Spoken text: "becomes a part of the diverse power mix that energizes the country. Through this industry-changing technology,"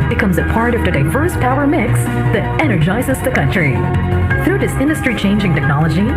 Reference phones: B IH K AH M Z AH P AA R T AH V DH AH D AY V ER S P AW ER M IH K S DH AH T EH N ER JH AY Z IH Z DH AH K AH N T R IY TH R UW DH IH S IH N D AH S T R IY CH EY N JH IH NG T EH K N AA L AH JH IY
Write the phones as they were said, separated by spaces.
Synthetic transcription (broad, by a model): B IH K AH M Z AH P AA R T AH V DH AH D AY V ER S P AW ER M IH K S DH AH T EH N ER JH AY Z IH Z DH AH K AH N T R IY TH R UW DH IH S IH N D AH S T R IY CH EY N JH IH NG T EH K N AA L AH JH IY